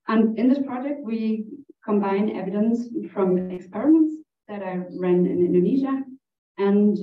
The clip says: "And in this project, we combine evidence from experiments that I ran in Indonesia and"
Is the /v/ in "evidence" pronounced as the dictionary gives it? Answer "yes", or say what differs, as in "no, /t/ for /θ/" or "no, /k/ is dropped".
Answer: yes